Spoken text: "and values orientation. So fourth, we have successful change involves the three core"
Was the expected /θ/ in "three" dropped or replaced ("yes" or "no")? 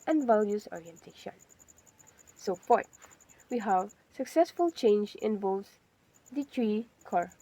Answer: yes